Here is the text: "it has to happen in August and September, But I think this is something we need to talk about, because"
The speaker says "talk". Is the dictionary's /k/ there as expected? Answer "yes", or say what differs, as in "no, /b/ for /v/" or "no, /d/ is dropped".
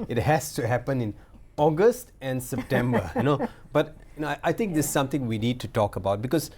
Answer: yes